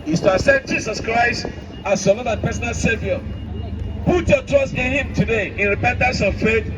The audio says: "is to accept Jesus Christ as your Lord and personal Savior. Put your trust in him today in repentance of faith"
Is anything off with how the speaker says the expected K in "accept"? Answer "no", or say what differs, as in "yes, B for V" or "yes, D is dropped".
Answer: yes, K is dropped